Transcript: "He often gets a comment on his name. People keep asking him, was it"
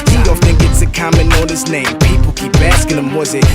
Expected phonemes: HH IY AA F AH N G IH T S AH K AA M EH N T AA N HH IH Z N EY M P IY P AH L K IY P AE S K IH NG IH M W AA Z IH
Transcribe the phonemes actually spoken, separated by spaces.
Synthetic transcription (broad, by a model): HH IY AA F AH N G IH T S AH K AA M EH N AA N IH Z N EY M P IY P AH L K IY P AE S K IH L IH M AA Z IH